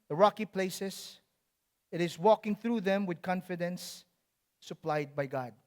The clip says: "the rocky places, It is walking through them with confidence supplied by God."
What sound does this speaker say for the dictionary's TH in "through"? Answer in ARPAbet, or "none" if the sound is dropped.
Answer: TH